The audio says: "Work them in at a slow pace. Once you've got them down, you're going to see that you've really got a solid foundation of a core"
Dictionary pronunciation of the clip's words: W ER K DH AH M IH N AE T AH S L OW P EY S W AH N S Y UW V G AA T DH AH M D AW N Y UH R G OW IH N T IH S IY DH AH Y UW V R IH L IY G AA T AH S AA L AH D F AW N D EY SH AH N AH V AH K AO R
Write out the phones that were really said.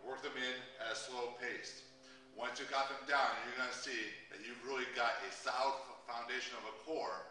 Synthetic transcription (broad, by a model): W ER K DH AH M IH N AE AH S L OW P EY S W AH N S Y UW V G AA T DH AH M D AW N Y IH R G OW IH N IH S IY DH AH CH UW V R IH L IY G AA T AH S AA AH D F AW N D EY SH AH N AH V AH K AO R